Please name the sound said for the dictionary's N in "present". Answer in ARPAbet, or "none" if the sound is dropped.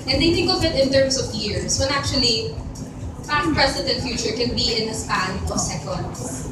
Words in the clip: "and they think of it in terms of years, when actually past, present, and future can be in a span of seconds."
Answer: none